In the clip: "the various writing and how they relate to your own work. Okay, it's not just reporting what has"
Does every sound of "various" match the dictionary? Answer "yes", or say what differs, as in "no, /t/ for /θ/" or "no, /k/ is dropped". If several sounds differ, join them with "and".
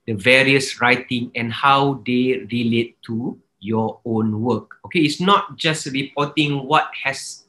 yes